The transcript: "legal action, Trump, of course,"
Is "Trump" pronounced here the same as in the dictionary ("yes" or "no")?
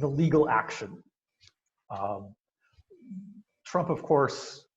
yes